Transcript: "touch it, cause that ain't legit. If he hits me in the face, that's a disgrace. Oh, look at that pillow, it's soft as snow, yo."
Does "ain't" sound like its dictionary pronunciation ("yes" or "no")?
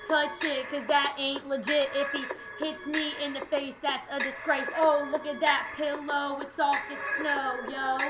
yes